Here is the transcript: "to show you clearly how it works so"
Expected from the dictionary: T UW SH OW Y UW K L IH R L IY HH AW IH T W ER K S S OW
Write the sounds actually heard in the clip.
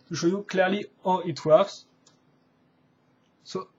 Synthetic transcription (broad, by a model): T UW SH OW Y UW K L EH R L IY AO IH T W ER S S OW